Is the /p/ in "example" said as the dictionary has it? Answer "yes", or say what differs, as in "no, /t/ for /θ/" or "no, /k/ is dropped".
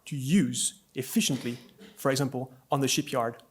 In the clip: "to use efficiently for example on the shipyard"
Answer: yes